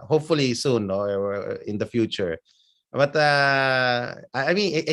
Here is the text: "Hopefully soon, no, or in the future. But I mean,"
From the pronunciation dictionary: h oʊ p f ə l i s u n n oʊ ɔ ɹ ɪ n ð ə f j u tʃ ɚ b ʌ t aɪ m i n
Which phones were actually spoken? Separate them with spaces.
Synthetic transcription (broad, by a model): h oʊ p f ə l i s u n n oʊ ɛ w ɪ n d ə f j u tʃ ɚ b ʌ t aɪ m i n